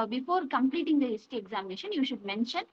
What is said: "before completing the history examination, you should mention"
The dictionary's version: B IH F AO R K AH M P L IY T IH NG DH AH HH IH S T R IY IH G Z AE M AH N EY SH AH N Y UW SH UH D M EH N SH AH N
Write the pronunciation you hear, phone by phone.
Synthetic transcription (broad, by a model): B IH F AO R K AH M P L IY T IH NG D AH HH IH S T IY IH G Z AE M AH N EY SH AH N Y UW SH UH D M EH N SH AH N